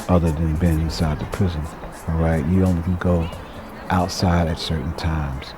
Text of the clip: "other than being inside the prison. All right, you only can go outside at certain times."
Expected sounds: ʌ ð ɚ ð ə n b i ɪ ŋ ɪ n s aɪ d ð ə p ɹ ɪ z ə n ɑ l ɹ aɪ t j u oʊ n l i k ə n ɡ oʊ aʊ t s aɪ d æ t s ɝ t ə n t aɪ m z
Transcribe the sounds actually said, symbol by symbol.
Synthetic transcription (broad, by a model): ʌ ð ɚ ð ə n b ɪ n ɪ n s aɪ d ð ə p ɹ ɪ z ə n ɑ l ɹ aɪ t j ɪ oʊ n l i k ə n ɡ oʊ aʊ t s aɪ d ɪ t s ɝ t n t aɪ m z